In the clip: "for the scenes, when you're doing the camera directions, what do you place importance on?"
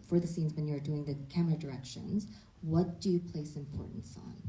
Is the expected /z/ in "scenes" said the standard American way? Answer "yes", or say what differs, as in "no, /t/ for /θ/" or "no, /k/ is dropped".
yes